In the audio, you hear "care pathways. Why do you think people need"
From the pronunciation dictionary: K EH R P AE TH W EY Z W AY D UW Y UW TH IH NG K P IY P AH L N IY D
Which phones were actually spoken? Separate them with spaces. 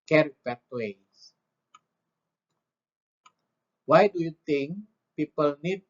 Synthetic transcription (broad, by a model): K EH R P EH T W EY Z W AY D UW Y UW T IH NG K P IY P AH L N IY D